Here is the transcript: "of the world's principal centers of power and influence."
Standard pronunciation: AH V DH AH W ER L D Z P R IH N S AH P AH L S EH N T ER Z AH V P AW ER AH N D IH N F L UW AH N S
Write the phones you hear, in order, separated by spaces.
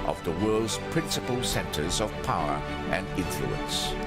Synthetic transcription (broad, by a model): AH V DH AH W ER L D Z P R IH N S AH P AH L S EH N T ER Z AH V P AW ER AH N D IH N F L UW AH N S